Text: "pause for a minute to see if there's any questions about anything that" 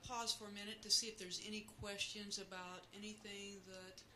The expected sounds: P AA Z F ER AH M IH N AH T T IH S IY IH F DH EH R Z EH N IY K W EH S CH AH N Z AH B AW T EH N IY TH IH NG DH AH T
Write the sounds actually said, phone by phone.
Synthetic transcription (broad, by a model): P AA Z F ER AH M IH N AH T T IH S IY IH F DH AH R Z EH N IY K W EH S CH AH N Z AH B AW T EH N IY TH IH NG DH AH T